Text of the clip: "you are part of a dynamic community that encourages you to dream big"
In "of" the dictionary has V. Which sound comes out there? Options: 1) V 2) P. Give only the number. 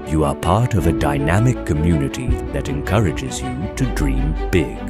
1